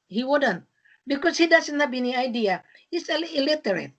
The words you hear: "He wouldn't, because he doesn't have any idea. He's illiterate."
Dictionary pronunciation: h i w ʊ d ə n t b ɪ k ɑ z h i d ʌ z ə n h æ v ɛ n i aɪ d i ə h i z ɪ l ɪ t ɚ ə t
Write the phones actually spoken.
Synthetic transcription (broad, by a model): h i w ʊ d ə n t b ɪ k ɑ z h i d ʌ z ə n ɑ b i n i aɪ d i ə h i s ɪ l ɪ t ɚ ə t